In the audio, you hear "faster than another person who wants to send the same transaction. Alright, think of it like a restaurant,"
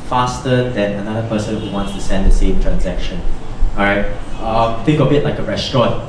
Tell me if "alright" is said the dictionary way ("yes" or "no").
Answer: no